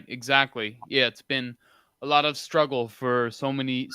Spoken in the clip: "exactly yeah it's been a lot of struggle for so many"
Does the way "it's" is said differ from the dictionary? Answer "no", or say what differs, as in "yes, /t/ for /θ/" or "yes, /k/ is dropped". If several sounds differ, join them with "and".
no